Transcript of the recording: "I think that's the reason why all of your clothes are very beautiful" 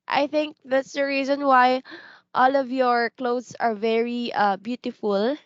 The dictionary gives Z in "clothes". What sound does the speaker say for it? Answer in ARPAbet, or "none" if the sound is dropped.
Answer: S